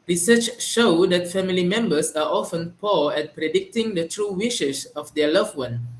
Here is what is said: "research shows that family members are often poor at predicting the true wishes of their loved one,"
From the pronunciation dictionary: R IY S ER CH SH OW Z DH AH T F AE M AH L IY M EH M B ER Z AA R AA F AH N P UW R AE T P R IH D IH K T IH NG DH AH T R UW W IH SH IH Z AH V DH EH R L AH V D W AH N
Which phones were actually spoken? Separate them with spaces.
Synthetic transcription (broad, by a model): R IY S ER CH SH OW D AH T F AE M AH L IY M EH M B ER S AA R AA F AH N P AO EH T P R IH D IH K T IH NG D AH T R UW W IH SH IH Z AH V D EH L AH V W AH N